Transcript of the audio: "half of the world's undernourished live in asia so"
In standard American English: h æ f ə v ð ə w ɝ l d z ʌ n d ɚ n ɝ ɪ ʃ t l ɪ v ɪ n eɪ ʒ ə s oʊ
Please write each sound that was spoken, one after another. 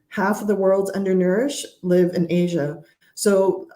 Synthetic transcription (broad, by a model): h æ f ə v ð ə w ɝ l d z ʌ n d ɚ n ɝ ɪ ʃ l ɪ v ɪ n eɪ ʒ ə s oʊ